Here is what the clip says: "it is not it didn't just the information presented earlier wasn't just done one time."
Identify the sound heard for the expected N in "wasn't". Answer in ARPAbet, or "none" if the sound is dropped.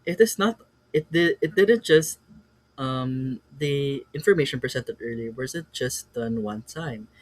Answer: none